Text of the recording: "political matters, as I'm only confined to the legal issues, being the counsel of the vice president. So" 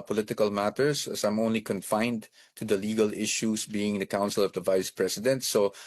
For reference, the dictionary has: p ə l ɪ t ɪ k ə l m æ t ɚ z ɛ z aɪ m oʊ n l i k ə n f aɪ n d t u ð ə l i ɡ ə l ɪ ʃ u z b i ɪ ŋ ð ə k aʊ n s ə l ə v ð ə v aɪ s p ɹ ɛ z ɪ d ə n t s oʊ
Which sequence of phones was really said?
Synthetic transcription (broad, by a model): p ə l ɪ t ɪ k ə l m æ t ɚ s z aɪ m oʊ n l i k ə n f aɪ n d t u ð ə l i ɡ ə l ɪ ʃ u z b i ɪ ŋ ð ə k aʊ n s ə l ə v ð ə v aɪ s p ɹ ɛ s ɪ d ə n t s oʊ